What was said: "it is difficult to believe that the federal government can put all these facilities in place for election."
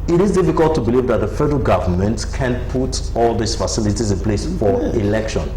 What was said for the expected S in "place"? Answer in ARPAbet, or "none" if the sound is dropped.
S